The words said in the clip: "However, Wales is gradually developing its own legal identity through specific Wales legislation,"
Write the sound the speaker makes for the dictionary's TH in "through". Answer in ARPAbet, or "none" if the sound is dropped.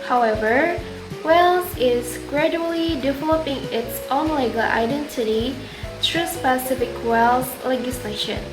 T